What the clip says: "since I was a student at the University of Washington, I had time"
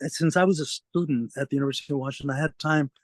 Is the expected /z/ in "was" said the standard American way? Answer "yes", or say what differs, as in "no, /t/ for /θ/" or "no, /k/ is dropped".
yes